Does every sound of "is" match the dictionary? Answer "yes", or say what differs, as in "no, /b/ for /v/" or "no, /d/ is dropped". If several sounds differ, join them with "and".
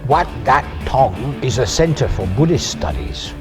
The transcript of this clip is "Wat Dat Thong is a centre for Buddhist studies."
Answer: yes